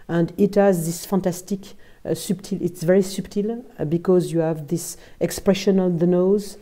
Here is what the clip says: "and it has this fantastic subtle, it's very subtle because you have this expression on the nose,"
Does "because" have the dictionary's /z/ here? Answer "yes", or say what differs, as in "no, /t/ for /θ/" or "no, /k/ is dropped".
yes